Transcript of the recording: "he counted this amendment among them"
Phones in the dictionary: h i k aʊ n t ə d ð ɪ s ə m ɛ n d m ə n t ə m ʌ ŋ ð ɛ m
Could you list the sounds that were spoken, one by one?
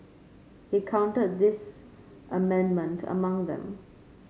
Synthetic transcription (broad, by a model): h i k aʊ n t ə d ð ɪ s ə m ɛ n d m ə n t ə m ʌ ŋ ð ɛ m